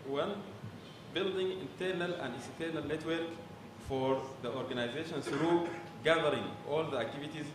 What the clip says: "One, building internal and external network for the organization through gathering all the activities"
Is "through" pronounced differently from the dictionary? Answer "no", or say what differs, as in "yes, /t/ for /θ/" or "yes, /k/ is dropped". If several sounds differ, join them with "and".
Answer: yes, /s/ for /θ/